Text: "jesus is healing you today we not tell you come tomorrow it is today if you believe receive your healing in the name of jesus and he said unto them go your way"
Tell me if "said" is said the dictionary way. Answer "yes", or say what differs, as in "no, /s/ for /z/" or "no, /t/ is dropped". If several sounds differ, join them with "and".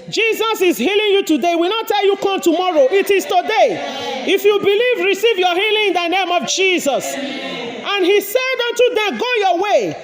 yes